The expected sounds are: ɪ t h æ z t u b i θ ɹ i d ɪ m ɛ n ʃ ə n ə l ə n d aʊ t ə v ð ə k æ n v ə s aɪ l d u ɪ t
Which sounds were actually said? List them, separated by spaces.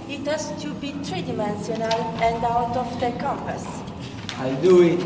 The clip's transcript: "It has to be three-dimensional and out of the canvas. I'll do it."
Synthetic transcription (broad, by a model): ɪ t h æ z t u b i t ɹ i d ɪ m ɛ n s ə n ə l ə n d aʊ t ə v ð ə k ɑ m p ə s aɪ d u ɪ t